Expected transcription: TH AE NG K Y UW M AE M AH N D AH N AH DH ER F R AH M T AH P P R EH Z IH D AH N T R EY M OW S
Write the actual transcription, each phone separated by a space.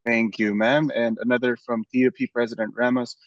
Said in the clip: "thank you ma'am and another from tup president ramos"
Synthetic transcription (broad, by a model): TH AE NG K Y UW M AE M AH N AH N AH DH ER F R AH M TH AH P P R EH Z IH D AH N T R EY M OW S